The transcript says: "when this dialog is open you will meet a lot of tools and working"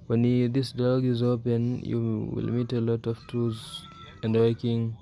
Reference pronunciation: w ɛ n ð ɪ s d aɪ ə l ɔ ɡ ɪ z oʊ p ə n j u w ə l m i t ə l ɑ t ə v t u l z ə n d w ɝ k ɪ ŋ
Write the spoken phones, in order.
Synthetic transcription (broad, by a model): w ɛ n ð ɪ s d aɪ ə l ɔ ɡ ɪ z oʊ p ə n j u w ə l m i t ə l ɑ t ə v t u z ə n d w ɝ k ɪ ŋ